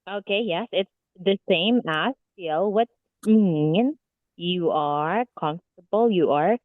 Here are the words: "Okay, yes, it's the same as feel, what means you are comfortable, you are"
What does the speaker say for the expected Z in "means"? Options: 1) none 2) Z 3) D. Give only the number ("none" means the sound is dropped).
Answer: 1